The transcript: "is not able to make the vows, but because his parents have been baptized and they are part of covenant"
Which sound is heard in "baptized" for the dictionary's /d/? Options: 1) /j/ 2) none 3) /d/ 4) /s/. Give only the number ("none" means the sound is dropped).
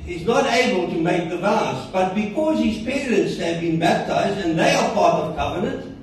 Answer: 3